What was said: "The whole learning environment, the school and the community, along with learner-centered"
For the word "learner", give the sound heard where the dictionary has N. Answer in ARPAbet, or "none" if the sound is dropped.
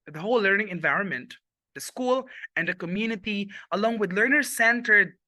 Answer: N